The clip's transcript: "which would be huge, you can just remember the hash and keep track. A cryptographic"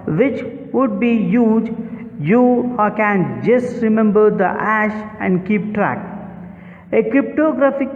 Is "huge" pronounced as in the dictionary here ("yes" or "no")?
yes